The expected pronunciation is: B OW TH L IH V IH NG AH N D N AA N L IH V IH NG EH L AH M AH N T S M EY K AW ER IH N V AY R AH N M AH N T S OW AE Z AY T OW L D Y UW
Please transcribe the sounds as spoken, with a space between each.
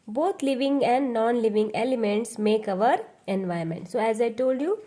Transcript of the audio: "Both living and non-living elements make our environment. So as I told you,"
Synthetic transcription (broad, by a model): B OW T L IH V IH NG AH N D N AA N L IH V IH NG EH L AH M AH N T S M EY K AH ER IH N V AY AH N M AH N T S OW AE Z AY T OW L D Y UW